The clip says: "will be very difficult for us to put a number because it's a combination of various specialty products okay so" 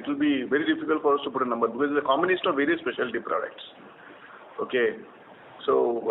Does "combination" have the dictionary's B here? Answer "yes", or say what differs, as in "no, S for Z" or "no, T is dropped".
no, B is dropped